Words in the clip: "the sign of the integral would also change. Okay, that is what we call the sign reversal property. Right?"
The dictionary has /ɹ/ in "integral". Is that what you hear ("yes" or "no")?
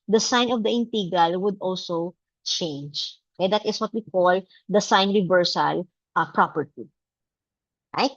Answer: no